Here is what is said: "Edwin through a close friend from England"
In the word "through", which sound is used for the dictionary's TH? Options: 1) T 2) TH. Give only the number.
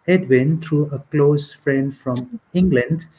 1